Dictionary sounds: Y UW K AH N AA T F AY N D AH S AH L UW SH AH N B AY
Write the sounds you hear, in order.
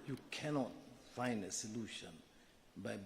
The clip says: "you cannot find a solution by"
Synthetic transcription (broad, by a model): Y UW K AH N AA T F AY N D AH S AH L UW SH AH N B AY